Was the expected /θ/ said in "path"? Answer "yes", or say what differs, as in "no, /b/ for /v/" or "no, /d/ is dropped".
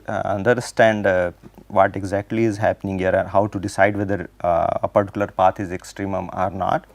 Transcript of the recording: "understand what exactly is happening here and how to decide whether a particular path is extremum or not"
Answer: no, /t/ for /θ/